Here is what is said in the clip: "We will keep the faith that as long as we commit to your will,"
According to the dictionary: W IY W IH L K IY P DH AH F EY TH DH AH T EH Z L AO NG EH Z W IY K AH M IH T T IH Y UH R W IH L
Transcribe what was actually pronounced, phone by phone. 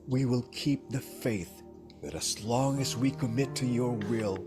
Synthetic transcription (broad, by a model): W IY W IH L K IY P DH AH F EY TH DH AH T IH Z L AO NG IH Z W IY K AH M IH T T IH Y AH R W IH L